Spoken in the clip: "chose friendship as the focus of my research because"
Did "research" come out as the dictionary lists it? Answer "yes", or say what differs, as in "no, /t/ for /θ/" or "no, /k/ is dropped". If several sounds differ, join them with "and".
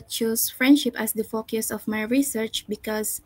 yes